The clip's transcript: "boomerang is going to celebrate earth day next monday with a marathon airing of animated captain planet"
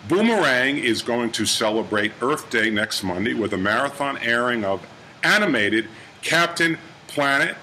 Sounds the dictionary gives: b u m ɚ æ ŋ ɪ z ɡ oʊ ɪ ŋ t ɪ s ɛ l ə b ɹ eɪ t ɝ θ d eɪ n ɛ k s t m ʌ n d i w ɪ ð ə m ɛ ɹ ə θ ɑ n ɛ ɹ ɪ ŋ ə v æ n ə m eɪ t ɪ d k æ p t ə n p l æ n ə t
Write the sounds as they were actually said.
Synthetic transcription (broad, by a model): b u m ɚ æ ŋ ɪ z ɡ oʊ ɪ ŋ t ɪ s ɛ l ə b ɹ eɪ t ɝ θ d eɪ n ɛ k s t m ʌ n d i w ɪ ð ə m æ ɹ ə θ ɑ n ɛ ɹ ɪ ŋ ə v æ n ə m eɪ t ɪ d k æ p t ə n p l æ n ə t